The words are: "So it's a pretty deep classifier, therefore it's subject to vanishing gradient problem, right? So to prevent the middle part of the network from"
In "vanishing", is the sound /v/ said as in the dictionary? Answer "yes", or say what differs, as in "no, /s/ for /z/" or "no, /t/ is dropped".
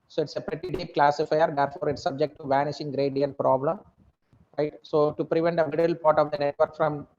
yes